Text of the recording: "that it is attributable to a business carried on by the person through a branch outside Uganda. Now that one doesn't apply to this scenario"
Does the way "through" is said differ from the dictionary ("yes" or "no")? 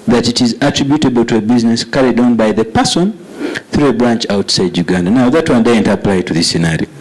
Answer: no